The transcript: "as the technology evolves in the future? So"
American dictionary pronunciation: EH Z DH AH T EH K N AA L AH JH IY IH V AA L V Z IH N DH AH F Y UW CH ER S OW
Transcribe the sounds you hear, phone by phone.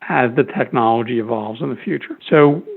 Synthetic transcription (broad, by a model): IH Z DH AH T EH K N AA L AH JH IY IH V AA L V Z IH N DH AH F Y UW CH ER S OW